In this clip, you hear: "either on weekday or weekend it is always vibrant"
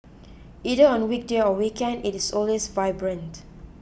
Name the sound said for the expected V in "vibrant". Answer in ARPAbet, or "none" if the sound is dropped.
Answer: V